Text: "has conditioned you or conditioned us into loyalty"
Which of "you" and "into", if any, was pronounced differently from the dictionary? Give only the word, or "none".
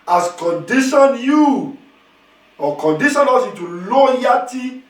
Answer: into